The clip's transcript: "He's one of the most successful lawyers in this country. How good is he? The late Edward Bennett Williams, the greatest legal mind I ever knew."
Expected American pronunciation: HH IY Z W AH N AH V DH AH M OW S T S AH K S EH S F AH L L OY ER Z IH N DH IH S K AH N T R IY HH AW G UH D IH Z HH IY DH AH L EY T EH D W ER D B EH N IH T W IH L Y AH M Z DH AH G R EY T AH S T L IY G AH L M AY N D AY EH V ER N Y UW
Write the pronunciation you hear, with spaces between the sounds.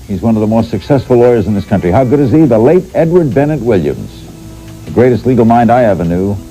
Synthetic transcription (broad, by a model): HH IY Z W AH N AH V DH AH M OW S T S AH K S EH S F L L OY ER Z N DH IH S K AH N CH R IY HH AW G UH D IH Z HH IY DH AH L EY T EH D W ER D B EH N IH T W IH L Y AH M Z DH AH G R EY T AH S T L IY G L M AY N D AY EH V ER N Y UW